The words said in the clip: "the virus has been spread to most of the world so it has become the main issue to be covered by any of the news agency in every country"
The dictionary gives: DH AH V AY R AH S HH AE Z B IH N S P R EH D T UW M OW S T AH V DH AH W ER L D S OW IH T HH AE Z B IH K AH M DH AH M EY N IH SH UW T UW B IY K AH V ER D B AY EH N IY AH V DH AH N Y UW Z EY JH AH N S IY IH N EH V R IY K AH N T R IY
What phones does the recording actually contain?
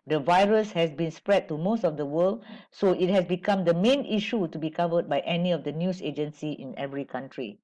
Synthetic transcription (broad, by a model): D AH V AY R AH S HH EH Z B IH N S P R EH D T UW M OW S T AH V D AH W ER L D S OW IH T HH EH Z B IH K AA M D AH M EY N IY SH UW T UW B IY K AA V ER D B AY EH N IY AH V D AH N Y UW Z EY JH AH N S IY IH N EH V R IY K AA N T R IY